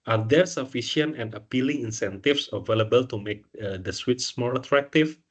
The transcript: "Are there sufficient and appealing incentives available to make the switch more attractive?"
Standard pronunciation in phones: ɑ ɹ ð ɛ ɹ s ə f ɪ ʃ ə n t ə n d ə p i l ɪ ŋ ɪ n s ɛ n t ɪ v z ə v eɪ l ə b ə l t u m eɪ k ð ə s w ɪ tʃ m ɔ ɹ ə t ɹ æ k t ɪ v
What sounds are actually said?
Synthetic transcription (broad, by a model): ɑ ɹ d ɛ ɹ s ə f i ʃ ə n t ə n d ə p i l ɪ ŋ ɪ n s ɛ n t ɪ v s ə v eɪ l ə b ə l t u m eɪ k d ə s w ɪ s m ɔ ɹ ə t ɹ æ k t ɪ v